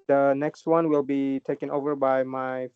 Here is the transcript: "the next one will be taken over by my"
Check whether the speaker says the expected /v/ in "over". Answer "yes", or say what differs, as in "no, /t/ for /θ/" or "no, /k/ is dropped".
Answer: yes